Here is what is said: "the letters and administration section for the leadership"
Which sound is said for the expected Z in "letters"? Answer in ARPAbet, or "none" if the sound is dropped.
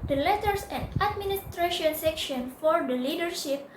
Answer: S